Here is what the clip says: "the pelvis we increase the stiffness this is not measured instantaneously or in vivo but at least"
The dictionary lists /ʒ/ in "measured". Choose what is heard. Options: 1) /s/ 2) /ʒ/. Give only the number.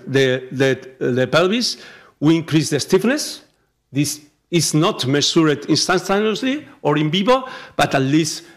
1